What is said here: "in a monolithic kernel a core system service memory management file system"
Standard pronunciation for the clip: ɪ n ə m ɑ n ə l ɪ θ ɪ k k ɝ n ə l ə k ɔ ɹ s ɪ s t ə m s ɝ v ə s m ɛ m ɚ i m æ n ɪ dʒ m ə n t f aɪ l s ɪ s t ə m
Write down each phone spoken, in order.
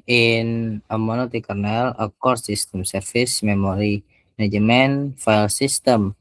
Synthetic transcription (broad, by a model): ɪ n ə m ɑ n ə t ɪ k k ɝ n ə l ə k ɔ ɹ s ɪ s t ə m s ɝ f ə s m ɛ m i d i n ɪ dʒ m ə n f aɪ l s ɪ s t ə m